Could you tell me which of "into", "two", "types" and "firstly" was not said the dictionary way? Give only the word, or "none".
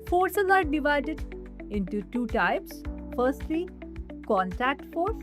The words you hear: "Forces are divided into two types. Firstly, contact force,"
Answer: none